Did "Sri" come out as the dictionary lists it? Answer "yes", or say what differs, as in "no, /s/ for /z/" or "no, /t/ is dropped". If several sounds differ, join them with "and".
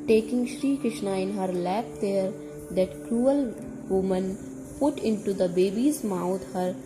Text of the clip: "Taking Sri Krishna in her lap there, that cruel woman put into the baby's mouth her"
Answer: yes